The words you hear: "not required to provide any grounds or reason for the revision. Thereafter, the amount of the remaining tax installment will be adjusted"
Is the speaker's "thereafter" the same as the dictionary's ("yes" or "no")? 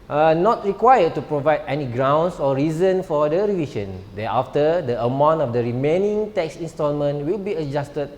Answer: no